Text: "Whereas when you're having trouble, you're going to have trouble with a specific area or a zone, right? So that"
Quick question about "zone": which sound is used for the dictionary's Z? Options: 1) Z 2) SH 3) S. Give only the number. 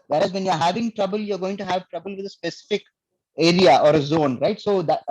1